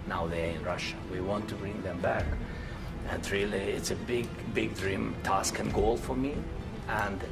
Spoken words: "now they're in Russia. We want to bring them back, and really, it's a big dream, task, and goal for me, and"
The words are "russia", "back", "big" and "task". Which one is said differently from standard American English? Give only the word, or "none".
none